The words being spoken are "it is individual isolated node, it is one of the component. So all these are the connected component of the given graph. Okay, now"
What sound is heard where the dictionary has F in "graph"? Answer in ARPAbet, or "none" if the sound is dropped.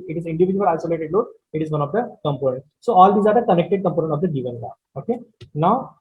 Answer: none